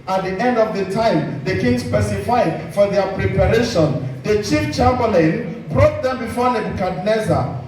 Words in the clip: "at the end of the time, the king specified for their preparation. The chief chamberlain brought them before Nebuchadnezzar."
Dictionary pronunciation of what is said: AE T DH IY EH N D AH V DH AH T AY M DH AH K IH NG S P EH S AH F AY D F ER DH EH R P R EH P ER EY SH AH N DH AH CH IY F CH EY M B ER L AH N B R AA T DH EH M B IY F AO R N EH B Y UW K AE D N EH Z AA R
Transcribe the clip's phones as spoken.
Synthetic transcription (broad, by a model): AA T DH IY EH N D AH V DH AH T AY M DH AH K IH NG S P EH S AH F AY D F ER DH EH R P R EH P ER EY SH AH N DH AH CH IY F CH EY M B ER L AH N B R AA T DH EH M B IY F AO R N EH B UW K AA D N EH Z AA